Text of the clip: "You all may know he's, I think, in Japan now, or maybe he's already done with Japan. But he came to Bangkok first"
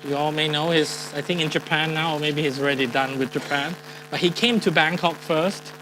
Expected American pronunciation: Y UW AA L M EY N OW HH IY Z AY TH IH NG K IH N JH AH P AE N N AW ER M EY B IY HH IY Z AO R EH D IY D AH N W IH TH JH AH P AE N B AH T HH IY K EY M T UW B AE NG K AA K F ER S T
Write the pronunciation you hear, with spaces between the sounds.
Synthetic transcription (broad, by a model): Y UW AA L M EY N OW HH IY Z AY TH IH NG K IH N JH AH P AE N N AW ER M EY B IY HH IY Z AO R EH D IY D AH N W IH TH JH AH P AE N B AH T HH IY K EY M T UW B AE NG K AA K F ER S T